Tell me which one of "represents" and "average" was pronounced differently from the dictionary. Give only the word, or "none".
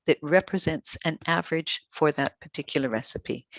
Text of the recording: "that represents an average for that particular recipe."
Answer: none